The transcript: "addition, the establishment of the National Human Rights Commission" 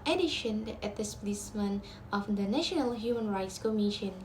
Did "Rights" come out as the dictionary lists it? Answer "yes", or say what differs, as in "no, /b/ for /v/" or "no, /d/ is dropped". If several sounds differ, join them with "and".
yes